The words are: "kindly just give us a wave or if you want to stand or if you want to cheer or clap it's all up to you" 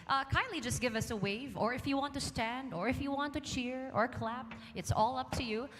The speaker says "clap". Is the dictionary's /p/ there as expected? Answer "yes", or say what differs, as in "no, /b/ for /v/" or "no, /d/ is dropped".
yes